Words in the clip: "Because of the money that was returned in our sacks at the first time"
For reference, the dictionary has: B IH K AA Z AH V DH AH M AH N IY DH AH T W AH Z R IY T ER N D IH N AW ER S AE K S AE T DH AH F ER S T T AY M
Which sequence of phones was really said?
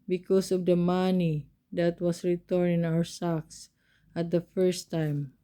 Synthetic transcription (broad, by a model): B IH K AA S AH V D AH M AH N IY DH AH T W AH S R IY T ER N IH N AW ER S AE K S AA T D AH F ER S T T AY M